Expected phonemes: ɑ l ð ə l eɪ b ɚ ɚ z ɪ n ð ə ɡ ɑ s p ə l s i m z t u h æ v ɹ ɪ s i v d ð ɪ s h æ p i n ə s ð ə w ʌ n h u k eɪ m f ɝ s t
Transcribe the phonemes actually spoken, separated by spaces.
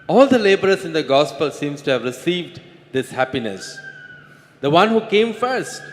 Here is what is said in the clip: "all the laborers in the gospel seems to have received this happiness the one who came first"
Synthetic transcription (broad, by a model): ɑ l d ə l eɪ b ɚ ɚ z ɪ n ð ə ɡ ɑ s p ə l s i m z t u h æ v ɹ ɪ s i v d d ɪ s h æ p i n ə s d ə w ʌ n h u k eɪ m f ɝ s t